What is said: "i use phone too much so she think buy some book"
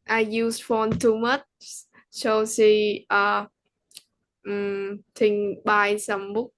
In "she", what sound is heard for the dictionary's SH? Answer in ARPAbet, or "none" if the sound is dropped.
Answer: S